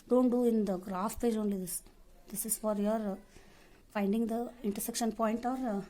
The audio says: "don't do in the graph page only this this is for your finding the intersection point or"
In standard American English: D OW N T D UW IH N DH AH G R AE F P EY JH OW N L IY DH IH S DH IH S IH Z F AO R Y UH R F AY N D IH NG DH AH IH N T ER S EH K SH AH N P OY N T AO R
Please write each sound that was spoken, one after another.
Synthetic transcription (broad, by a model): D OW N T D UW IH N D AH G R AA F P EY JH OW N L IY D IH S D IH S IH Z F AO R Y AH R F AY N D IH NG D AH IH N T ER S EH K SH AH N P OY N T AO R